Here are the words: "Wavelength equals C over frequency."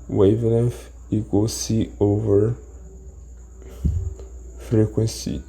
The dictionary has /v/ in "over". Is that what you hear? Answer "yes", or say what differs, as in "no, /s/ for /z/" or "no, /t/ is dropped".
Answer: yes